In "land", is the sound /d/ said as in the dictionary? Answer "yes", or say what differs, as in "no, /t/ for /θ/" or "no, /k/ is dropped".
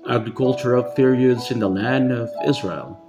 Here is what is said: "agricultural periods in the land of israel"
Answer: yes